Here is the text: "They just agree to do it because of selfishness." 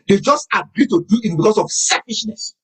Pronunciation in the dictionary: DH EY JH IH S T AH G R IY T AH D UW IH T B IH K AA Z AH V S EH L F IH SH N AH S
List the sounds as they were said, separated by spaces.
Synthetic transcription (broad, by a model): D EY JH IH S T AH G R IY T AH D UW IH T B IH K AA S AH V S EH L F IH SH N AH S